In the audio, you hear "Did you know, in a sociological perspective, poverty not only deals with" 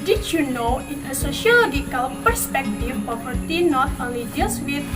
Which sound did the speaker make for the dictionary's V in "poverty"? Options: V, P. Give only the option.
P